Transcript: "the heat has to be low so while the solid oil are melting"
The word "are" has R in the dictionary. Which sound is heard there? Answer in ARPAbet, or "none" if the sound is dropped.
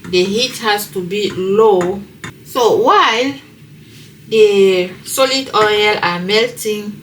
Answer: L